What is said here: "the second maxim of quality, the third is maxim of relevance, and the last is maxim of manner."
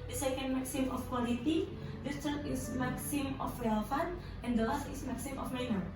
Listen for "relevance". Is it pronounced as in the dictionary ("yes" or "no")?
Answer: no